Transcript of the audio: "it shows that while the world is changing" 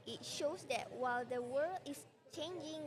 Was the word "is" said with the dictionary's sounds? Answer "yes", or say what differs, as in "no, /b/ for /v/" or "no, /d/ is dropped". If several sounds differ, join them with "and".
no, /s/ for /z/